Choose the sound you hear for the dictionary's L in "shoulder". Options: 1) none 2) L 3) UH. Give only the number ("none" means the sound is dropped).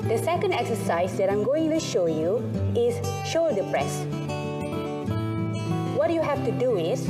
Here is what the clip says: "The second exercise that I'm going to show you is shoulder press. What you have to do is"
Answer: 1